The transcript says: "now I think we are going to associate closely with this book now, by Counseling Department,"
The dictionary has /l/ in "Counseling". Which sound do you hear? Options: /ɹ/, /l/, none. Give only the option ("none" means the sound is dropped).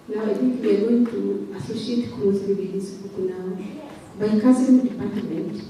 none